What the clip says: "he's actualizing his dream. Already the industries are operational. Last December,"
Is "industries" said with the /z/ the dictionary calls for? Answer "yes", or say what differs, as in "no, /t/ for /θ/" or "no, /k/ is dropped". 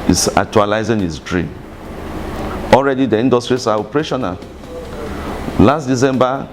no, /s/ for /z/